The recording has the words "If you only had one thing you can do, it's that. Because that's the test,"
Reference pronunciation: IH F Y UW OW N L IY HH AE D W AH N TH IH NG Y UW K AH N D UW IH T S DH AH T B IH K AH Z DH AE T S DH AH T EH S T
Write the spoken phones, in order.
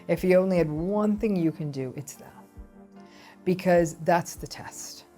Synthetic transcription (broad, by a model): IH F Y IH OW N L IY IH D W AH N TH IH NG Y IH K AH N D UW IH T S DH AH T B IH K AH Z DH AE T S DH AH T EH S T